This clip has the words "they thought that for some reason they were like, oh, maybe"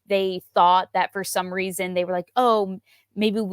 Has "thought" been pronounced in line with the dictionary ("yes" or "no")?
yes